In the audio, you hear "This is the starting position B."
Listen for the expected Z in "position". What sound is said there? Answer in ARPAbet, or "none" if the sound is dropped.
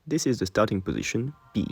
Z